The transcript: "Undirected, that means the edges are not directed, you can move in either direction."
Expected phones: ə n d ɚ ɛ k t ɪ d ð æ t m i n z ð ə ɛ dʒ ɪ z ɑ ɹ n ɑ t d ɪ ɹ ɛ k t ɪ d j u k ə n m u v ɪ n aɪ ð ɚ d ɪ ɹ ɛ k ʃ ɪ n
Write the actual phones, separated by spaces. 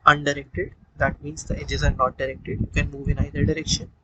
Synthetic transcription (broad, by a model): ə n d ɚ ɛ k t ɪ d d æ t m i n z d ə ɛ dʒ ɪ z ɑ ɹ n ɑ t d ɪ ɹ ɛ k t ɪ d j u k ə n m u v ɪ n aɪ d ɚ d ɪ ɹ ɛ k ʃ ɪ n